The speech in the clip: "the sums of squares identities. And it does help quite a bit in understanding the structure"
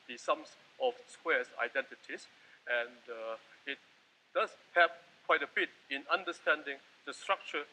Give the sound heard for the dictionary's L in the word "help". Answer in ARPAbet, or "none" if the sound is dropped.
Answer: none